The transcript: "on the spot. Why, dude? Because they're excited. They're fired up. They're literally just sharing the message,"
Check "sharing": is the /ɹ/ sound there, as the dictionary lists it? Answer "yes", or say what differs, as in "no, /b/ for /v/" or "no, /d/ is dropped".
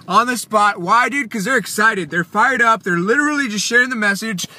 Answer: yes